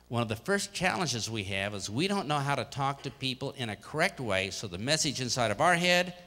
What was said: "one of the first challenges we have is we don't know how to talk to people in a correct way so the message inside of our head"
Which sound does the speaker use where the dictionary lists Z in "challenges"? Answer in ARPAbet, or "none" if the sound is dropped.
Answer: Z